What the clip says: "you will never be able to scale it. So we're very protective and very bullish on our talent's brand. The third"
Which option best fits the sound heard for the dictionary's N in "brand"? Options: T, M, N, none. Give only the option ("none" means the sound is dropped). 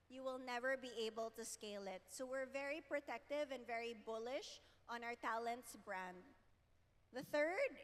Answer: N